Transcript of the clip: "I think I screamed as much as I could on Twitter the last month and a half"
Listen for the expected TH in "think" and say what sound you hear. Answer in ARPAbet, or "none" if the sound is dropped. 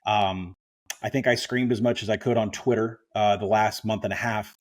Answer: TH